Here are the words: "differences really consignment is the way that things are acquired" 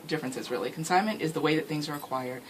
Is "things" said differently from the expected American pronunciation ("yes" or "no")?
no